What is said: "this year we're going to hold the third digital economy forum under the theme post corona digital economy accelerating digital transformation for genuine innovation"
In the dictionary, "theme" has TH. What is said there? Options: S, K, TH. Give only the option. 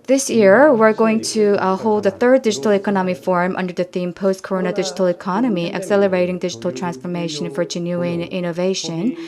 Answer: TH